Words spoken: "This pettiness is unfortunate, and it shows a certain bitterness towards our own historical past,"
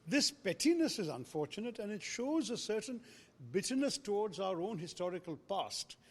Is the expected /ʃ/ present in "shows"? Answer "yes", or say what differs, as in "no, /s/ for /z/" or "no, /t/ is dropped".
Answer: yes